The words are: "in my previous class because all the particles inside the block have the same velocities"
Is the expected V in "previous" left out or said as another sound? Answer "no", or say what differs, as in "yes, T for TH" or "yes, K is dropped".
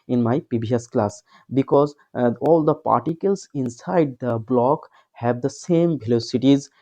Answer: yes, B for V